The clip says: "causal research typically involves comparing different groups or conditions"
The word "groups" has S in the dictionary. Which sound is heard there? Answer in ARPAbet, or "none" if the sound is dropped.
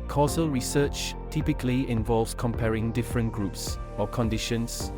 S